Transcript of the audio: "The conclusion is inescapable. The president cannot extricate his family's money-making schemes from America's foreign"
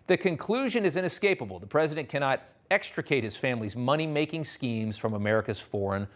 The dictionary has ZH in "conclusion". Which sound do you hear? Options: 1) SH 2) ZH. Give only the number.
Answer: 2